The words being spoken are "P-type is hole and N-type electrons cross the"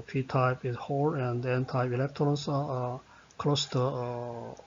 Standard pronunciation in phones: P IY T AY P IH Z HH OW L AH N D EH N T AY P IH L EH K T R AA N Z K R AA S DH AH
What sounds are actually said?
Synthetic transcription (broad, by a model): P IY T AY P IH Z HH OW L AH N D EH N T AY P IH L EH K T R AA N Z K L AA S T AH